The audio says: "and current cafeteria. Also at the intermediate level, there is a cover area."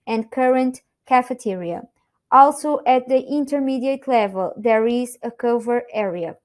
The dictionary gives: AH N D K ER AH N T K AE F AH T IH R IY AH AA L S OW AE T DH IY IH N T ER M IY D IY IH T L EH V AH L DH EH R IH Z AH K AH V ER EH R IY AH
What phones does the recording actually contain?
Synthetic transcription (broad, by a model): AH N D K ER AH N T K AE F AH T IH R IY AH AA L S OW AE T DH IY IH N T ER M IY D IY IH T L EH V AH L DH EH R IH Z AH K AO V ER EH R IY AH